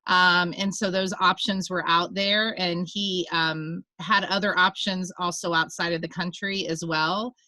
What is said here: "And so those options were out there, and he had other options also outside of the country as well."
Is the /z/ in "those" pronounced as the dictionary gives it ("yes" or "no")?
yes